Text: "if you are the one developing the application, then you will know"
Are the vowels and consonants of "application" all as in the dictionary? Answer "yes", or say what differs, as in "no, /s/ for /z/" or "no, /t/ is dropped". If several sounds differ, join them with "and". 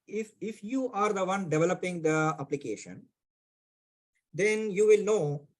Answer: yes